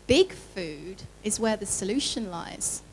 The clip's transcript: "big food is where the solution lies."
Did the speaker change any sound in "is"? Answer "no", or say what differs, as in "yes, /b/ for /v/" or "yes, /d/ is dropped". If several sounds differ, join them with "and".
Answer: no